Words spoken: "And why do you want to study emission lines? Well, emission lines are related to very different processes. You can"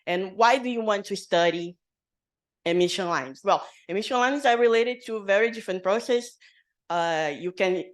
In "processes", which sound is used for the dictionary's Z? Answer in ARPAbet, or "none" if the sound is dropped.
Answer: none